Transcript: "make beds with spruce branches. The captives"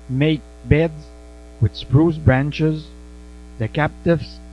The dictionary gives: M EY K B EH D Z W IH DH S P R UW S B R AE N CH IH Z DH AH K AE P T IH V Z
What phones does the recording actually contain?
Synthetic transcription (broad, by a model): M EY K B EH D Z W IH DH S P R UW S B R AE N CH IH Z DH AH K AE P T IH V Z